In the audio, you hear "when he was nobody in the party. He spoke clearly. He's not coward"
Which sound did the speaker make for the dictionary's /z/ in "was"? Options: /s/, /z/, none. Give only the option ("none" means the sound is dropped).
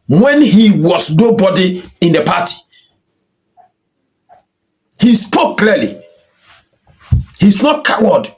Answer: /s/